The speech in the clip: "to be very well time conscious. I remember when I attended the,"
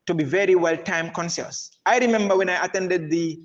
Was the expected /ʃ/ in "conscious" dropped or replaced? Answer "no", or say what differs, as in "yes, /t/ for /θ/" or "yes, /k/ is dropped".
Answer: yes, /s/ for /ʃ/